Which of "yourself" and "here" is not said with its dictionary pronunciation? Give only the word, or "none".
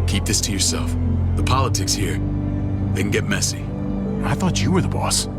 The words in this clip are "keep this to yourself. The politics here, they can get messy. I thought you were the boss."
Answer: none